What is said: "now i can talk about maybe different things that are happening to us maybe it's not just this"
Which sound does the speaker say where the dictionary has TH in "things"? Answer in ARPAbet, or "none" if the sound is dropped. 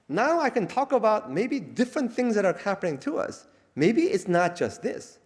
TH